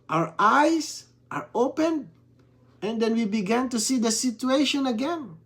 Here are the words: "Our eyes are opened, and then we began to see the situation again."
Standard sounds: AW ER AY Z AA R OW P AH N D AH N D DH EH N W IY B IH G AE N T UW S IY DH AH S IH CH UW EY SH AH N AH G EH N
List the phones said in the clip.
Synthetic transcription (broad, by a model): AW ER AY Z AA R OW P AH N AH N D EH N W IY B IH G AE N T UW S IY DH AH S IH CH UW EY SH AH N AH G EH N